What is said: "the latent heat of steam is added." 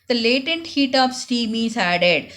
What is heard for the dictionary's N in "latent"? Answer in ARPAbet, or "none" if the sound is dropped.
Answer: N